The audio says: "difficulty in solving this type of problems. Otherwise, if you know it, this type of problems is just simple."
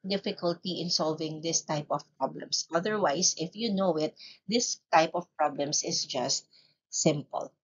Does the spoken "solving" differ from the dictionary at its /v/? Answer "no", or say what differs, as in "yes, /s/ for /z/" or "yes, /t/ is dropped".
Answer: no